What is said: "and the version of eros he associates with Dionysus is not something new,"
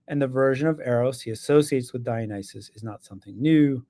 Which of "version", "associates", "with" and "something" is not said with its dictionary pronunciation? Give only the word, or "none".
none